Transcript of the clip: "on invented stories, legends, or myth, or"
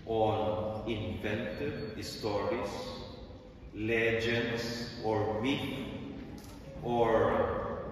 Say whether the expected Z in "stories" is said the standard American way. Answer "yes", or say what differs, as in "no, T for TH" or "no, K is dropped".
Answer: no, S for Z